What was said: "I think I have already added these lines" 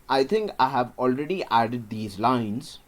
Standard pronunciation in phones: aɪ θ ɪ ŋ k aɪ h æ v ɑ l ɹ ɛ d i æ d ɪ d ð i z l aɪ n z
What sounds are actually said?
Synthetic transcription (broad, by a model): aɪ t ɪ ŋ k aɪ h æ v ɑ l ɹ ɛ d i æ d ɪ d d i z l aɪ n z